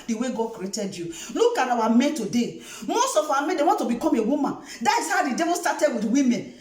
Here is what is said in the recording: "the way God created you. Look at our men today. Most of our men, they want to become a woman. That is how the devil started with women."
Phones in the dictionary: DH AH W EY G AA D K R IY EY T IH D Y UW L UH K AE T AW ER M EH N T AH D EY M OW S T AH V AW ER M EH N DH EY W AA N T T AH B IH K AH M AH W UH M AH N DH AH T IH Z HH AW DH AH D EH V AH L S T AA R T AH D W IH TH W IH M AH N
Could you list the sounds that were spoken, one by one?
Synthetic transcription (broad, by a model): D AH W EY G AA D K R IY EY T IH D Y UW L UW K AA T AW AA M EH N T AH D EY M OW S T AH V AW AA M EH N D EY W AA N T T AH B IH K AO M AH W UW M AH N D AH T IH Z HH AW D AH D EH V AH N S T AA T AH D W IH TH W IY M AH N